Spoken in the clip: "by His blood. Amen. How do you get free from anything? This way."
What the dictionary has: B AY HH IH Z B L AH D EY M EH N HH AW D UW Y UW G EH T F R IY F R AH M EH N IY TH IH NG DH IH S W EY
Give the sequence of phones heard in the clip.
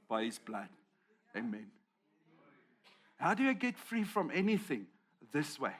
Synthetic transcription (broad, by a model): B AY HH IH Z B L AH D EY M EH N HH AW D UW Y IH G EH T F R IY F R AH M EH N IY TH IH NG DH IH S W EY